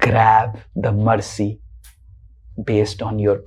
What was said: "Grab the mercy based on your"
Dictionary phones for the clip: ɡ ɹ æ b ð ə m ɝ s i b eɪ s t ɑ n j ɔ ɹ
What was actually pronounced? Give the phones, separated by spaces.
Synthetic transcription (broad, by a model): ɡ ɹ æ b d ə m ɝ s i b eɪ s t ɑ n j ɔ ɹ